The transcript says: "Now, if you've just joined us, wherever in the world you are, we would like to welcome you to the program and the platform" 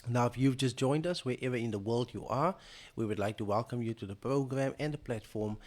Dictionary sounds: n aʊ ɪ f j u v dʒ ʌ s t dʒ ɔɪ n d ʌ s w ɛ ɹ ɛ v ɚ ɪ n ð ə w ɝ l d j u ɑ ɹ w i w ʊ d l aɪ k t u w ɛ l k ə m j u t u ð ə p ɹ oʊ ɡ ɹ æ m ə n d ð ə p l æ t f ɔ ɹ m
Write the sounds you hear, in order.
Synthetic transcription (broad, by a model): n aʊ ɪ f j u v dʒ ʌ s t dʒ ɔɪ n d ʌ s w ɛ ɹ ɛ v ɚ ɪ n ð ə w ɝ l d j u ɑ ɹ w i w ʊ d l aɪ k t u w ɛ l k ə m j u t u ð ə p ɹ oʊ ɡ ɹ æ m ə n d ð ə p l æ t f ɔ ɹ m